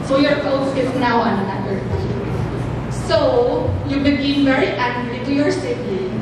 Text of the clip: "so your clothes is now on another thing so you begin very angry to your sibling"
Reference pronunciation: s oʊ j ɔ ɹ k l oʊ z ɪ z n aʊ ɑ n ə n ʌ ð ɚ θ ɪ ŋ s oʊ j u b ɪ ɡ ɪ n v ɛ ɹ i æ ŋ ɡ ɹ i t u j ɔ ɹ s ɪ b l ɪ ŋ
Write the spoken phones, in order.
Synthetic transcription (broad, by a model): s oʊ j ɔ ɹ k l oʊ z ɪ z n aʊ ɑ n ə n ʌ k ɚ t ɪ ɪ s oʊ j u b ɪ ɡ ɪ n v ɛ ɹ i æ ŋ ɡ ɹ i t u j ɔ ɹ s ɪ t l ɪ